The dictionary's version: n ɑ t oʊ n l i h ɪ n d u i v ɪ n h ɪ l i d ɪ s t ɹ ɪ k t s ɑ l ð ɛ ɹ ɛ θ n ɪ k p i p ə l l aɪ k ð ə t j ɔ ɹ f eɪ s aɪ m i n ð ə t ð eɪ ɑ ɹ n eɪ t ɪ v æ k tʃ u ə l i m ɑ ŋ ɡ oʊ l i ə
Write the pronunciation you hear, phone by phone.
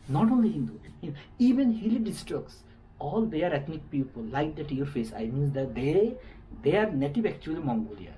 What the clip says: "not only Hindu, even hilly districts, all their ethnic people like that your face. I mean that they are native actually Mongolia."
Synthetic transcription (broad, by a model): n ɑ t oʊ n l i h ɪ n d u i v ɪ n h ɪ l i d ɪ s t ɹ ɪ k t s ɑ l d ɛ ɹ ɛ t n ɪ k p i p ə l l aɪ k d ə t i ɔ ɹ f eɪ s aɪ m i n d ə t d eɪ ɑ ɹ n eɪ t ɪ v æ k tʃ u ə l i m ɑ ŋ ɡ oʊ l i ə